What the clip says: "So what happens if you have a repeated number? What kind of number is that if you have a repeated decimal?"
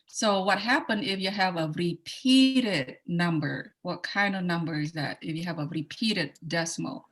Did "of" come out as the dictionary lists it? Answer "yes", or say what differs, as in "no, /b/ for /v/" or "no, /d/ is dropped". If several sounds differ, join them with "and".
yes